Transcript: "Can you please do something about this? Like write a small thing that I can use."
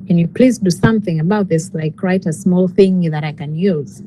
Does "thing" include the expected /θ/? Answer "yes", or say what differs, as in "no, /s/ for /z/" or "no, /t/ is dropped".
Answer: yes